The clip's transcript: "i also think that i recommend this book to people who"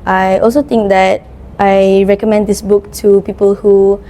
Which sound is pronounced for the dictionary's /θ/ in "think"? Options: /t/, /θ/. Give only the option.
/t/